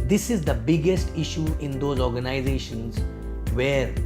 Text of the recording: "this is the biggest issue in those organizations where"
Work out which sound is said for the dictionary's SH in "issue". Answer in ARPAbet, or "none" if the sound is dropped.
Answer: SH